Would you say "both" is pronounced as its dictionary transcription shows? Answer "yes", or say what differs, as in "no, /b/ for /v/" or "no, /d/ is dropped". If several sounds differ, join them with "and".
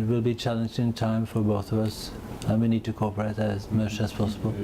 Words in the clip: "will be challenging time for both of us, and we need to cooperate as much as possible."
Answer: yes